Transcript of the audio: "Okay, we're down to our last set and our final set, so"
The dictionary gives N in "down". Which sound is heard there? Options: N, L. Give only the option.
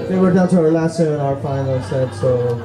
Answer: L